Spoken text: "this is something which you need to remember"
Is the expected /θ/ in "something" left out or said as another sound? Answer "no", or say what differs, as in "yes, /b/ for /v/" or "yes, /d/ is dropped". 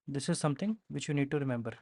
yes, /t/ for /θ/